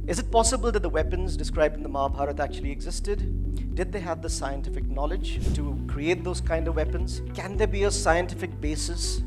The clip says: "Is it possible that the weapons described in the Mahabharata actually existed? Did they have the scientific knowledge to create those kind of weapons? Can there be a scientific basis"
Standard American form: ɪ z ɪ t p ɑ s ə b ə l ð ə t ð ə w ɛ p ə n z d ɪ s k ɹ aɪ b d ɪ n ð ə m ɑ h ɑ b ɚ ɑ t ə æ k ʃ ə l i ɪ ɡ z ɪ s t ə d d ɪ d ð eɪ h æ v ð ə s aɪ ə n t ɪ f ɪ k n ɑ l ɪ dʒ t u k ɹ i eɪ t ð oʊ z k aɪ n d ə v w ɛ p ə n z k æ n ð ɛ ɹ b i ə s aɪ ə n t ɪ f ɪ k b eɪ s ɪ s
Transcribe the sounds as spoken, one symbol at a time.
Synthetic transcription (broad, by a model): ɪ z ɪ t p ɑ s ə b ə l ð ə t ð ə w ɛ p ə n z d ɪ s k ɹ aɪ b d ɪ n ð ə m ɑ h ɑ b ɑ t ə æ k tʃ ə l i ɪ ɡ z ɪ s t ə d d ɪ d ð eɪ h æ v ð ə s aɪ ə n t ɪ f ɪ k n ɑ l ɪ dʒ t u k ɹ i eɪ t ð oʊ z k aɪ n d ə v w ɛ p ə n z k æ n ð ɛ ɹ b i ə s aɪ ə n t ɪ f ɪ k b eɪ s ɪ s